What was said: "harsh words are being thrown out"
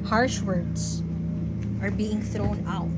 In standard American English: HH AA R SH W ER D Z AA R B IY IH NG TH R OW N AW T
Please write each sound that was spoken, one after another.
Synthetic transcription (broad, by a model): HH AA R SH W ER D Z AA R B IY IH NG TH R OW N AW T